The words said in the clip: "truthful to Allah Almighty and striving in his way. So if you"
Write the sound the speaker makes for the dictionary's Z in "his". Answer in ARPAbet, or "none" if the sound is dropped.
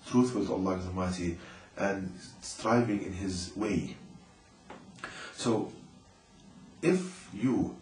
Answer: Z